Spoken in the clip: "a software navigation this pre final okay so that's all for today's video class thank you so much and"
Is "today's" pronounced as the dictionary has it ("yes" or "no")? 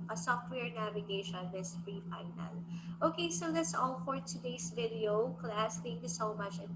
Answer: no